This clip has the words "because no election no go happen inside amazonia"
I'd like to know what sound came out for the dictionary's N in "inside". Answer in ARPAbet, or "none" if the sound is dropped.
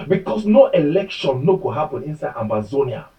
N